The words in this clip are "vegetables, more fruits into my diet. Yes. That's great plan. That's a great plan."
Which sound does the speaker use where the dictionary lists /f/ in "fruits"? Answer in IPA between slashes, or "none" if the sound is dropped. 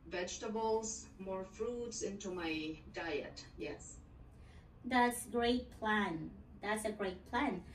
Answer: /f/